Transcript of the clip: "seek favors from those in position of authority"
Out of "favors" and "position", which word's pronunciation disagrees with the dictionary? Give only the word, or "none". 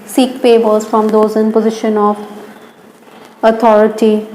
favors